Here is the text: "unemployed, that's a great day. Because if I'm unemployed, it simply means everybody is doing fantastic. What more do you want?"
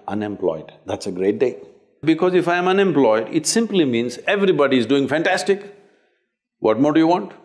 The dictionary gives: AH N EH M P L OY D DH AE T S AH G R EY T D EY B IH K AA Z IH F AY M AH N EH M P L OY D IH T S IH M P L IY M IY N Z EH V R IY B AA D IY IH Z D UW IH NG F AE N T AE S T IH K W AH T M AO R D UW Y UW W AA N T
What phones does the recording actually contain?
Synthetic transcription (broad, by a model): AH N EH M P L OY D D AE T S AH G R EY T D EY B IH K AA Z IH F AY M AH N EH M P L OY D IH T S IH M P L IY M IY N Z EH V R IY B AA D IY IH Z D UW IH NG F AE N T AE S T IH K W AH T M AO R D UW Y UW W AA N T